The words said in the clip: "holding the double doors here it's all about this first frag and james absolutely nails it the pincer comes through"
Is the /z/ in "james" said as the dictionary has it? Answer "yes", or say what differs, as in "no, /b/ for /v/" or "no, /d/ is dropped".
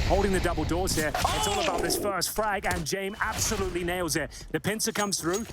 no, /z/ is dropped